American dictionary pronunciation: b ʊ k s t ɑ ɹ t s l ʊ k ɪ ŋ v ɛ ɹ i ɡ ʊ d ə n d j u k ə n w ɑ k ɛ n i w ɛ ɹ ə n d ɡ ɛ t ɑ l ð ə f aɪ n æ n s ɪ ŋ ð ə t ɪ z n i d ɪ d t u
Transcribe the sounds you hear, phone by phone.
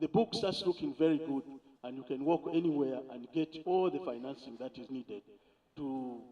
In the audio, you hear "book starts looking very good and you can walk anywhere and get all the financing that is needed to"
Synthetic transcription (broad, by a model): b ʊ k s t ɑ t s l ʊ k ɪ ŋ v ɛ ɹ i ɡ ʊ d ə n d j u k ə n w ɑ k ɛ n i w ɛ ɹ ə n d ɡ ɛ t ɑ l ð ə f aɪ n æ n s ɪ ŋ ð ə t ɪ z n i d ɪ d t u